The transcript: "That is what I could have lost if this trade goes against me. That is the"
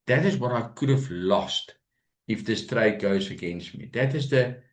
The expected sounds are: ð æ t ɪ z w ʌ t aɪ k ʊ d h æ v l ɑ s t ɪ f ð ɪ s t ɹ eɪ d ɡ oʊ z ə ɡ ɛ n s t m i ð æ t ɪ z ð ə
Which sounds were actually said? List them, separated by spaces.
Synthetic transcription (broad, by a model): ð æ t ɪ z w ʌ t aɪ k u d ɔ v l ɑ s t ɪ f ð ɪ s t ɹ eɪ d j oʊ s ə ɡ ɛ n s t m i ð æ t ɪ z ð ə